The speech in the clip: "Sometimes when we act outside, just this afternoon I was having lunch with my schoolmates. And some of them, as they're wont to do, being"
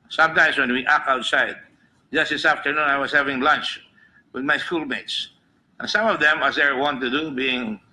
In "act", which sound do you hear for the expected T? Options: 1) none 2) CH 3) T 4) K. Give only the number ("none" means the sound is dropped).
1